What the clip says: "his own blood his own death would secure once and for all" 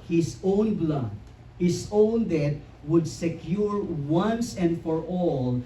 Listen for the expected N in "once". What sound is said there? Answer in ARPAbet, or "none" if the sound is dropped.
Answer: N